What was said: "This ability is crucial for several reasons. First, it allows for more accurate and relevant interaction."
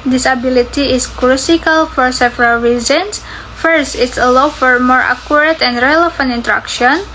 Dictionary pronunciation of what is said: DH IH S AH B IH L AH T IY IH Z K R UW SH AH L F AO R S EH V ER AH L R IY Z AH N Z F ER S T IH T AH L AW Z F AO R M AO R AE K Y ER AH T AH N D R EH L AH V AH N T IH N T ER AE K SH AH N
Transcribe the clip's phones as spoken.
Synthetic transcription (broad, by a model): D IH S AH B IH L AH T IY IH S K R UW S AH L F AO R S EH V ER AH L R IY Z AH N S F ER S T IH T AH L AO F AO R M AO R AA K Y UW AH T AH N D R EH L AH F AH N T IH N T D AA K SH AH N